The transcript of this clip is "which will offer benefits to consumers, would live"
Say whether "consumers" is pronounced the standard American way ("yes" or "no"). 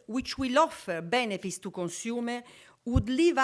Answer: no